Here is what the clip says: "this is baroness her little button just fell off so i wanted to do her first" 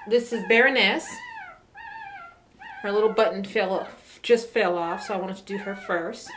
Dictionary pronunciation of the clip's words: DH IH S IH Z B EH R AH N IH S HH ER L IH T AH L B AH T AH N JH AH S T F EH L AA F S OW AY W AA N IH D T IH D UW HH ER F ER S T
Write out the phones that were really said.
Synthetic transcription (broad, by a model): DH IH S IH Z B EH R AH N IH S HH ER L IH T L B AH T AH L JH AH S T F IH L AA F S OW AY W AA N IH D T IH D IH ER F ER S T